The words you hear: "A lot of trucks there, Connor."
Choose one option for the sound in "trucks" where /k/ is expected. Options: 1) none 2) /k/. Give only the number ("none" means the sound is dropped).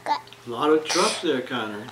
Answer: 1